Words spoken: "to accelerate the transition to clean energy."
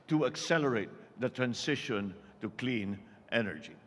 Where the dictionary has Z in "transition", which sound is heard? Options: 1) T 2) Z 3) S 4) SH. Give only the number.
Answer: 3